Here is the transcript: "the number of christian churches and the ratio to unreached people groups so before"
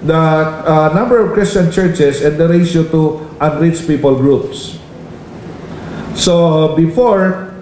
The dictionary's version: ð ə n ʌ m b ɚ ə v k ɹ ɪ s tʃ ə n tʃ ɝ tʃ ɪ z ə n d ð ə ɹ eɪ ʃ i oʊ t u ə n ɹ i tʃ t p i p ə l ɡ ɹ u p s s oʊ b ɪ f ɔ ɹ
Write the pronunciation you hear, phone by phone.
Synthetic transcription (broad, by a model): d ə n ʌ m b ɚ ə v k ɹ ɪ s tʃ ə n tʃ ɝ tʃ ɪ s ə n d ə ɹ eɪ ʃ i t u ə n ɹ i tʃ p i p ə l ɡ ɹ u p s s oʊ b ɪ f ɔ ɹ